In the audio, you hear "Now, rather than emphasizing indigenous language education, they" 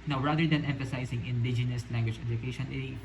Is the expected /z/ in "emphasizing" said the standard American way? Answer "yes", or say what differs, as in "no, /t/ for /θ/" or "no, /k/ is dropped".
no, /s/ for /z/